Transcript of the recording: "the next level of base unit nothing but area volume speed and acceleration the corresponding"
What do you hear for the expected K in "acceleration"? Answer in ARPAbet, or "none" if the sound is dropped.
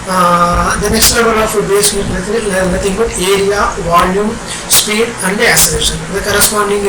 none